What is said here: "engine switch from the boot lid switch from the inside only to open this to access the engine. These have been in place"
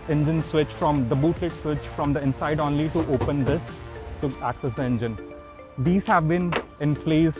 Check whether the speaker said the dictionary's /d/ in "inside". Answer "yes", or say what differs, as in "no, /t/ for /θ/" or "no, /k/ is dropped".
yes